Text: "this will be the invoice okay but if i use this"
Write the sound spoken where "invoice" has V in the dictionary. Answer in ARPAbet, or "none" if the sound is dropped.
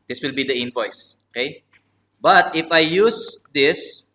P